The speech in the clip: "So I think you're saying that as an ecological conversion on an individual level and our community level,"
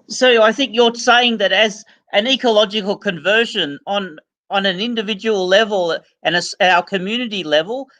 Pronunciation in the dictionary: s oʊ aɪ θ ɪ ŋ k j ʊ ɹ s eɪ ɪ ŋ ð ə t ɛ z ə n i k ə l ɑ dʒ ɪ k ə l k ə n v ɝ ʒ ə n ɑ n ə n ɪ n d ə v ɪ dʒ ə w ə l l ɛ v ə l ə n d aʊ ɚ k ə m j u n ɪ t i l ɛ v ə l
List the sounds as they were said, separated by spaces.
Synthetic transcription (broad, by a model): s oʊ aɪ θ ɪ ŋ k j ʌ ɹ s eɪ ɪ ŋ ð ə t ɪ z ə n i k ə l ɑ dʒ ɪ k ə l k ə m v ɝ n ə n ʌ n ə n ɪ n d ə v ɪ dʒ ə w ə l l ɛ v ə l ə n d aʊ ɚ k ə m j u n ɪ t i l ɛ v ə l